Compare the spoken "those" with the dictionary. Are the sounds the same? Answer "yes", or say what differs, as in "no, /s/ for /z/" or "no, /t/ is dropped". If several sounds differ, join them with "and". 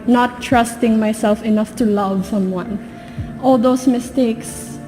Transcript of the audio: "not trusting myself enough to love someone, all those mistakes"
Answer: no, /s/ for /z/